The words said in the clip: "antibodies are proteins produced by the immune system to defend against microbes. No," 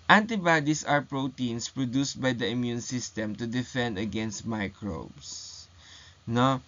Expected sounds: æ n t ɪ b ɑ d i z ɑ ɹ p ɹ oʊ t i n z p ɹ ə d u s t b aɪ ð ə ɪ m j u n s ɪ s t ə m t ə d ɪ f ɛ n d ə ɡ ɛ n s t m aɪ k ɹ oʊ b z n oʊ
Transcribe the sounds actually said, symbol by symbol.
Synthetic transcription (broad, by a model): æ n t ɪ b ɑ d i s ɑ ɹ p ɹ oʊ t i n s p ɹ ə d u s t b aɪ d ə ɪ m j u n s ɪ s t ə m t ə d ɪ f ɛ n d ə ɡ ɛ n s t m aɪ k ɹ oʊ b s n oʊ